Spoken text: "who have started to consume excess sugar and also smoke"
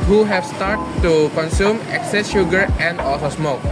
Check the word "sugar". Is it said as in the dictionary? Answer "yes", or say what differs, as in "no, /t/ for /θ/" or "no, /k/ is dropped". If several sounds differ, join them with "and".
yes